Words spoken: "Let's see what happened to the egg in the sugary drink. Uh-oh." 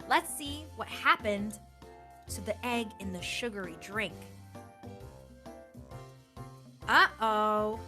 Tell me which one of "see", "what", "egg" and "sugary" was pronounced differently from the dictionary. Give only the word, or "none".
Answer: none